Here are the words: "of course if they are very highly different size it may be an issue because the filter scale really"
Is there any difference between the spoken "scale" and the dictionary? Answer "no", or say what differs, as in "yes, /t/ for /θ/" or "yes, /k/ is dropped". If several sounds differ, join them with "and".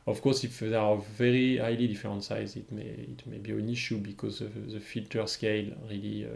no